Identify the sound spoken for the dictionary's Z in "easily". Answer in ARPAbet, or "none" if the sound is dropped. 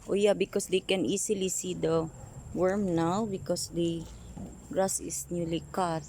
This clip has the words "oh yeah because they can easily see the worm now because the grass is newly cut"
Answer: S